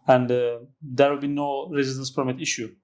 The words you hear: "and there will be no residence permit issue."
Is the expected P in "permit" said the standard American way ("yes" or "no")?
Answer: no